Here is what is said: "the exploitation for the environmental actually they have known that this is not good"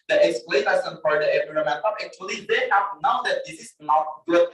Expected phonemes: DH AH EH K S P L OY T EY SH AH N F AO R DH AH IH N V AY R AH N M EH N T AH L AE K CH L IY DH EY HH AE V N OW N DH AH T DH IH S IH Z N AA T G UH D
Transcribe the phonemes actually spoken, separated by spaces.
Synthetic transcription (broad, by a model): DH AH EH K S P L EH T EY S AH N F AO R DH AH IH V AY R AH M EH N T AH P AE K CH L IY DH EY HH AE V N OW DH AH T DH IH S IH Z N AA T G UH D